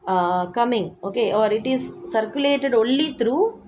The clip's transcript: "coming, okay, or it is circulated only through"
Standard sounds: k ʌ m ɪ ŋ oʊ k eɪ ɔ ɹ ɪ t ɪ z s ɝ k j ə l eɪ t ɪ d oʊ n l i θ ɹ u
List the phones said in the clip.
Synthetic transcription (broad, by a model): k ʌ m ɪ ŋ oʊ k eɪ ɔ ɹ ɪ t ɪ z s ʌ k j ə l eɪ t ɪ d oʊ l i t ɹ u